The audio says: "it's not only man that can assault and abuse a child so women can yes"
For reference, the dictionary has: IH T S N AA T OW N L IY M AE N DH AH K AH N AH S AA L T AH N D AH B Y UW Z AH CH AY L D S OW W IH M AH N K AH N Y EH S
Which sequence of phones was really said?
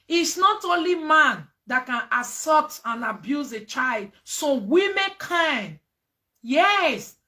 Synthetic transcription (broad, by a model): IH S N AA T OW N L IY M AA N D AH K AH N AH S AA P T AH N AH B Y UW Z AH CH AY L D S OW W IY M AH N K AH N Y EH S